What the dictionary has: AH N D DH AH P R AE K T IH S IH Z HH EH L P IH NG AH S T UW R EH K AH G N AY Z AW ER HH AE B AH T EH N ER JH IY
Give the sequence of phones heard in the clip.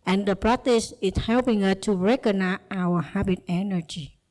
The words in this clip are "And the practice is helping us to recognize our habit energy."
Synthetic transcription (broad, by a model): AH N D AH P R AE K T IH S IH S HH EH L P IH NG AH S T UW R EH K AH N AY AW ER HH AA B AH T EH N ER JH IY